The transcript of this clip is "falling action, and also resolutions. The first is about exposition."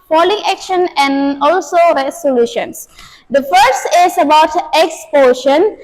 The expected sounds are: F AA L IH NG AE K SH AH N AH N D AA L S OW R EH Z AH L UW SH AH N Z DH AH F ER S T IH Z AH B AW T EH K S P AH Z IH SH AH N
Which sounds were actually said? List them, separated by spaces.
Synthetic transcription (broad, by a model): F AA L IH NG AE K SH AH N AH N D AA L S OW R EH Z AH L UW SH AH N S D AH F ER S T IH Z AH B AW T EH K S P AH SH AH N